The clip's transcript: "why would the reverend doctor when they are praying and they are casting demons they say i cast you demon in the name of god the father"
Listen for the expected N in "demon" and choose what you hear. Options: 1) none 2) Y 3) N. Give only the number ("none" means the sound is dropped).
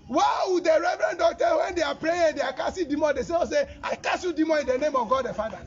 1